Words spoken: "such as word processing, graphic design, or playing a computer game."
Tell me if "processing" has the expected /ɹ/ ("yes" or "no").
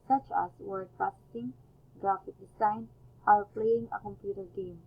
no